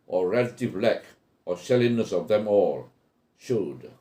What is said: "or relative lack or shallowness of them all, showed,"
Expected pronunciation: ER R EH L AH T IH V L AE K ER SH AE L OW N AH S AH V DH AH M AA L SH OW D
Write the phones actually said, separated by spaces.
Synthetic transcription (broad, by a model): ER R EH L AH T IH V L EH K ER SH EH L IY N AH S AH V DH AH M AA L SH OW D